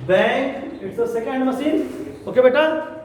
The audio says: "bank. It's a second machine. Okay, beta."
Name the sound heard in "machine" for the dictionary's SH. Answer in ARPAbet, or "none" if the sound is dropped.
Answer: S